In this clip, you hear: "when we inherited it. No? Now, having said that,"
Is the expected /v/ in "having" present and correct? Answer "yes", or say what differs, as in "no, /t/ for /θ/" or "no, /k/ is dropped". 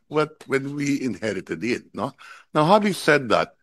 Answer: no, /w/ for /v/